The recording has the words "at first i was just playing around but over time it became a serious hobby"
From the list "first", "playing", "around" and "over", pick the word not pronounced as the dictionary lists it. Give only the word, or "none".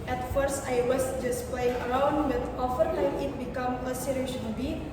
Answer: over